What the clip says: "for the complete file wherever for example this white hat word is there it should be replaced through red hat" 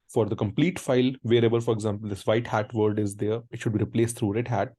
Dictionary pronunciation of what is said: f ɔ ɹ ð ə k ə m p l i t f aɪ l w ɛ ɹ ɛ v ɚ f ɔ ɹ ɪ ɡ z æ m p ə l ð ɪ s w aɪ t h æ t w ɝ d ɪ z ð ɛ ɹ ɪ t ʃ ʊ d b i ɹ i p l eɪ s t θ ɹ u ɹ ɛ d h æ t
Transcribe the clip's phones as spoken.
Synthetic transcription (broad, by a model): f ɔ ɹ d ə k ə m p l i t f aɪ l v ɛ ɹ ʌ b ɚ f ɔ ɹ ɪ ɡ z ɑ m p ə l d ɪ s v aɪ t h æ t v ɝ d ɪ z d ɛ ɹ ɪ t ʃ ʊ d b i ɹ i p l eɪ s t t ɹ u ɹ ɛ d h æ t